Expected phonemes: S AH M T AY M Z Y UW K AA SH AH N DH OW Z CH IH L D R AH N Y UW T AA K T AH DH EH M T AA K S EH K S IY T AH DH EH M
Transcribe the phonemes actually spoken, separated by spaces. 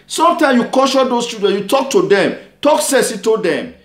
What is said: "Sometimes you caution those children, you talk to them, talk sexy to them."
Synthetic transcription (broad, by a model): S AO M T AY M Y UW K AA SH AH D OW S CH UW D AH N Y UW T AA K T AH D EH M T AA K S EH S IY T AH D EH M